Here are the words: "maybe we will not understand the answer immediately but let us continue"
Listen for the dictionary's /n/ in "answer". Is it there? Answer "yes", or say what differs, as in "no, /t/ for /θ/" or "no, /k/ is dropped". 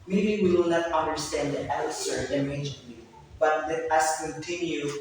no, /l/ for /n/